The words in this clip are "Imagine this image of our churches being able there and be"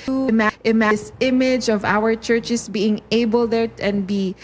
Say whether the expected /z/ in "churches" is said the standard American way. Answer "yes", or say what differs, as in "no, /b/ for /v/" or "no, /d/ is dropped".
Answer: no, /s/ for /z/